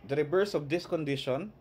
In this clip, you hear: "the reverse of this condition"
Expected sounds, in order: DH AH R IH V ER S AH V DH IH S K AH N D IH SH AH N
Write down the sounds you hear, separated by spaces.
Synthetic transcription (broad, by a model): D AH R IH B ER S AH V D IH S K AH N D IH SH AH N